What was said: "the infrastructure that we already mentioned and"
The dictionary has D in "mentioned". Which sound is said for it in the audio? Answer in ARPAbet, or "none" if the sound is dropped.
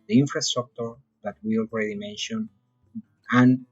none